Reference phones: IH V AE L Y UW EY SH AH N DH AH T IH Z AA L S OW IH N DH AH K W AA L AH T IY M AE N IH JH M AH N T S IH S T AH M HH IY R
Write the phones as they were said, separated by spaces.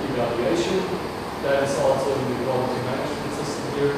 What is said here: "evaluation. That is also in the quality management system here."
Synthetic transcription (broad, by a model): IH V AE L Y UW EY SH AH N DH AH T IH Z AA L S OW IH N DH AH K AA AH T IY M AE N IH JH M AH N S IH S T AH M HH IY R